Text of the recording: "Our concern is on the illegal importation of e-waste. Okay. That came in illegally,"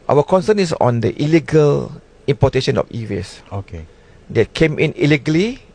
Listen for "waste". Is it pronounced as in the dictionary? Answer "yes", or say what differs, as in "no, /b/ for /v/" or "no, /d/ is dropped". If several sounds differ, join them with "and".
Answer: no, /t/ is dropped